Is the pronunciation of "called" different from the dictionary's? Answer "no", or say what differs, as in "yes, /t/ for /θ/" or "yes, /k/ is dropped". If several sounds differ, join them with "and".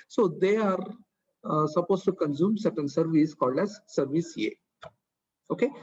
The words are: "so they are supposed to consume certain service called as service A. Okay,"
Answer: no